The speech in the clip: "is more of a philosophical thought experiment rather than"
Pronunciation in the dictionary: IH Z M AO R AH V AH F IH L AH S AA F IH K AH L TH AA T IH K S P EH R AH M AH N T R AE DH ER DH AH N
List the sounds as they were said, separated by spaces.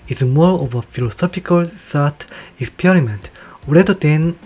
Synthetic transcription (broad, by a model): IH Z M AO R AH V AH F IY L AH S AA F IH K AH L S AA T IH K S P EH R AH M AH N T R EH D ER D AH N